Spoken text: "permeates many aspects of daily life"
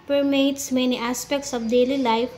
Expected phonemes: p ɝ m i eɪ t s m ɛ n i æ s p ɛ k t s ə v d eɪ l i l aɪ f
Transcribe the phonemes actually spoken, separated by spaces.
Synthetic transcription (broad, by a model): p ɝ m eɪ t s m ɛ n i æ s p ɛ k t s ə b d eɪ l i l aɪ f